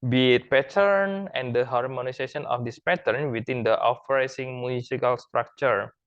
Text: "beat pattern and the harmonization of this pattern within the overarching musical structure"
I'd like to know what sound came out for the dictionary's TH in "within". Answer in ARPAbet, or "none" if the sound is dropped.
T